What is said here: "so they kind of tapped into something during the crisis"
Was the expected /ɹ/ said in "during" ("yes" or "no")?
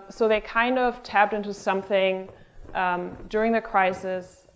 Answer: yes